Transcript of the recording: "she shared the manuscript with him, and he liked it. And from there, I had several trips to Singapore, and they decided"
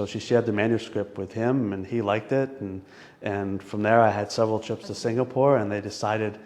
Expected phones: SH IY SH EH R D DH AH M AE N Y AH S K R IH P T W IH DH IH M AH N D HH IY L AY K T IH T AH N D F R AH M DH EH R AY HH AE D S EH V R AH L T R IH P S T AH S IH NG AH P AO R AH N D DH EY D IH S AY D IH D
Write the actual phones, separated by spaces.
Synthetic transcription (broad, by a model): SH IY SH EH R D DH AH M AE N Y AH S K R IH P T W IH DH IH M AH N IY L AY K T IH T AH N F R AH M DH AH R AY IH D S EH V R L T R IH P S T AH S IH NG AH P AO R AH N DH EY D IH S AY D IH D